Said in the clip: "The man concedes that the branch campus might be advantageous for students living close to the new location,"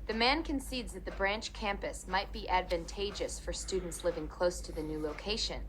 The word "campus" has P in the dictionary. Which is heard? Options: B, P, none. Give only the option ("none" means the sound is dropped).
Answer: P